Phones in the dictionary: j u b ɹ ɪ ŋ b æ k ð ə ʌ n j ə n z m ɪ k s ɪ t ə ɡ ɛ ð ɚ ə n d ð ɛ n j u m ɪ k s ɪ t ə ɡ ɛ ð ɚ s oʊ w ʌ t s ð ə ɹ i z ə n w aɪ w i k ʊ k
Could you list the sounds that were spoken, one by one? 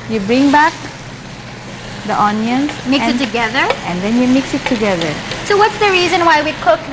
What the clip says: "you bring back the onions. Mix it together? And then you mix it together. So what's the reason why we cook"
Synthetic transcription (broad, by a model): j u b ɹ ɪ ŋ b æ k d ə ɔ n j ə n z m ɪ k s ɪ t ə ɡ ɛ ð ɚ ə n d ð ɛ n j u m ɪ k s ɪ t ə ɡ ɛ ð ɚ s oʊ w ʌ t s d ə ɹ i z ə n w aɪ w i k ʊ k